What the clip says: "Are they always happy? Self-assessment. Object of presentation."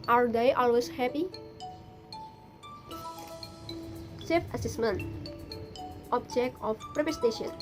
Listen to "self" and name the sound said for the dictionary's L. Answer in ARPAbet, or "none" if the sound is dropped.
none